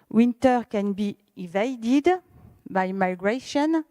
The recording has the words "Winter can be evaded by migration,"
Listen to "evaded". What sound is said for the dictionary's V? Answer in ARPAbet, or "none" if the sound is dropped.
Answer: V